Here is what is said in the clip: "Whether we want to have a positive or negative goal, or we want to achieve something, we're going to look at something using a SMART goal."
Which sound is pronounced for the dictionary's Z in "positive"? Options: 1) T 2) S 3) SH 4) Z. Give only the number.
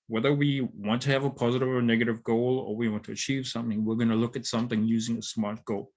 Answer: 4